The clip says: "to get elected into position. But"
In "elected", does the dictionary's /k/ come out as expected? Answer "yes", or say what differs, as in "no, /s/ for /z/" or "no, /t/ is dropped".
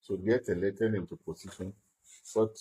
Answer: no, /k/ is dropped